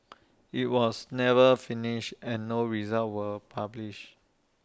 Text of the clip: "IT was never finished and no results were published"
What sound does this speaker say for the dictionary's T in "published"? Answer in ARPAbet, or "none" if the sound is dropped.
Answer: none